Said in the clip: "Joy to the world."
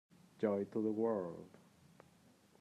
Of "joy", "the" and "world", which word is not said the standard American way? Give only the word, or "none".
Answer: none